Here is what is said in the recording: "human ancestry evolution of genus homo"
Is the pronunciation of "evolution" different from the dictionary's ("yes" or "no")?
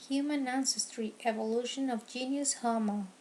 no